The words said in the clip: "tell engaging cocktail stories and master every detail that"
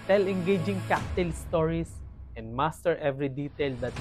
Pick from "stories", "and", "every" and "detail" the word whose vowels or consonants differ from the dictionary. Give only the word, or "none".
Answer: stories